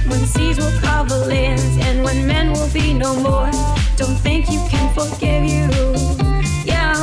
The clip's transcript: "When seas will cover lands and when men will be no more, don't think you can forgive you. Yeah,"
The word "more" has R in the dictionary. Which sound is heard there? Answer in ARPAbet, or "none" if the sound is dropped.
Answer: R